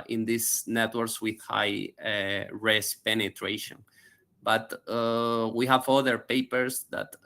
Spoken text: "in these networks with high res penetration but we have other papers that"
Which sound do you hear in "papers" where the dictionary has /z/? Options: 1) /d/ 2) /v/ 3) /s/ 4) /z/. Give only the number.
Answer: 3